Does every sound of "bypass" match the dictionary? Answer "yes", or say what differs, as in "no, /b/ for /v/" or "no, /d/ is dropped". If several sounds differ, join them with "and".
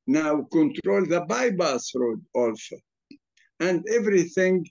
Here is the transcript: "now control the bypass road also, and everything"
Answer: no, /b/ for /p/